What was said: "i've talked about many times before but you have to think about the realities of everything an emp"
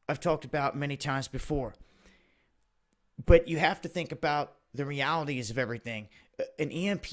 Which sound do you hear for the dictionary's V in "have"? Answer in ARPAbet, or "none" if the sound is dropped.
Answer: F